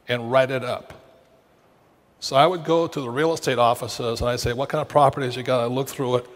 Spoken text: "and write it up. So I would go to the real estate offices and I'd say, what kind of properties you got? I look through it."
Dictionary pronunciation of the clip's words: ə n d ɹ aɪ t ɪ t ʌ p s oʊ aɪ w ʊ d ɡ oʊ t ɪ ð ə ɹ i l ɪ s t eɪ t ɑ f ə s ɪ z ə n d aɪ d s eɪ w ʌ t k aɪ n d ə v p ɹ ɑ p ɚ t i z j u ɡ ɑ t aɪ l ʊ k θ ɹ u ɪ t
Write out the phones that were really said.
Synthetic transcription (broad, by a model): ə n ɹ aɪ t ɪ t ʌ p s oʊ aɪ w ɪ d ɡ oʊ t ɪ ð ə ɹ i l ɪ s t eɪ t ɑ f ə s ɪ z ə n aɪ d s eɪ w ʌ t k aɪ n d ə v p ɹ ɑ p ɚ t i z j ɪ ɡ ɑ t aɪ l ʊ k θ ɹ u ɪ t